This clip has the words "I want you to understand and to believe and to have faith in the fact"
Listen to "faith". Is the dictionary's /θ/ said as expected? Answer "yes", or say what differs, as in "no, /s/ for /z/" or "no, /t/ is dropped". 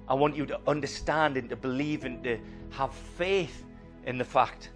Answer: yes